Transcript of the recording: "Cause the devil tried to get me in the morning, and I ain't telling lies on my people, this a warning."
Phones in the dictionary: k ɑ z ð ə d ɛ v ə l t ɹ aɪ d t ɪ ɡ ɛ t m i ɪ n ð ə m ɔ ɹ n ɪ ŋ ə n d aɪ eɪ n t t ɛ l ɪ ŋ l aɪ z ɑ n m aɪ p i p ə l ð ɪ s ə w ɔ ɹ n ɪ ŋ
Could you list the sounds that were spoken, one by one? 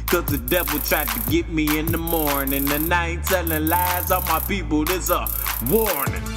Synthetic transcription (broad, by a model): k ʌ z ð ə d ɛ v l t ɹ aɪ d t ɪ ɡ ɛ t m i ɪ n ð ə m ɔ ɹ n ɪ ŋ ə n aɪ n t s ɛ n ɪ l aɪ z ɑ m aɪ p i p l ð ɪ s ə w ɔ ɹ n